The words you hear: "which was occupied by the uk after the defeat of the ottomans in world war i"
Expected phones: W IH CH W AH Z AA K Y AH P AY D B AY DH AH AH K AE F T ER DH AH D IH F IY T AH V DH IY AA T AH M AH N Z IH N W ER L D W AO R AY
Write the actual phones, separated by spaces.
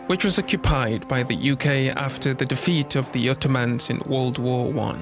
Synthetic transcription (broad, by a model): W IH CH W AH Z AA K Y AH P AY D B AY DH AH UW K AE F T ER DH AH D IH F IY T AH V DH IY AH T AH M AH N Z IH N W ER L D W AO W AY